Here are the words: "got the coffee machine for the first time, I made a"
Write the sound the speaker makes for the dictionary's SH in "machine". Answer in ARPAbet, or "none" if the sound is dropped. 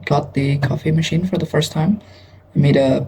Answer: SH